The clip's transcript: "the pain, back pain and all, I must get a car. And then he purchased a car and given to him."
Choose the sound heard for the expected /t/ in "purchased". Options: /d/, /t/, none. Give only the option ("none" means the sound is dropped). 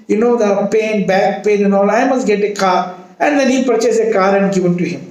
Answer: none